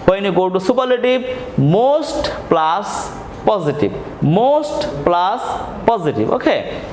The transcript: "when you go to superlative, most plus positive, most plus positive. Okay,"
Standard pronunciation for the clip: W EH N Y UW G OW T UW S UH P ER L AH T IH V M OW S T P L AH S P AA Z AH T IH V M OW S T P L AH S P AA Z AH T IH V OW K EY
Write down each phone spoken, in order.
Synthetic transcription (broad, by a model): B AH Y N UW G OW T UW S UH P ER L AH T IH B M OW S T P L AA S P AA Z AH T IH B M OW S T P L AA S P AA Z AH T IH B OW K EY